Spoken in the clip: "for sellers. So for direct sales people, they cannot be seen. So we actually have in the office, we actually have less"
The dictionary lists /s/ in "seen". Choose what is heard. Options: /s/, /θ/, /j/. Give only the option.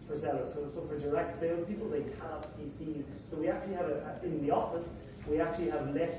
/θ/